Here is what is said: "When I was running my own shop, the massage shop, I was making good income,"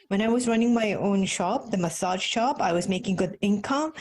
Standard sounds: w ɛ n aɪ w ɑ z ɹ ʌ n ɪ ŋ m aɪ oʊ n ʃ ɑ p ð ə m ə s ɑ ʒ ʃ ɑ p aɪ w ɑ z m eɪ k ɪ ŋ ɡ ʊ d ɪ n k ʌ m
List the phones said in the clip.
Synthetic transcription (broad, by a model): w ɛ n aɪ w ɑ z ɹ ʌ n ɪ ŋ m aɪ oʊ n ʃ ɑ p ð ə m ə s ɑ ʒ ʃ ɑ p aɪ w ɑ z m eɪ k ɪ ŋ ɡ ʊ d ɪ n k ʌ m